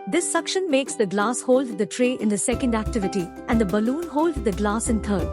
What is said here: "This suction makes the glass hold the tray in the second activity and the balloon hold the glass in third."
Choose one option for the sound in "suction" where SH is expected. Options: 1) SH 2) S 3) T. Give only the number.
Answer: 1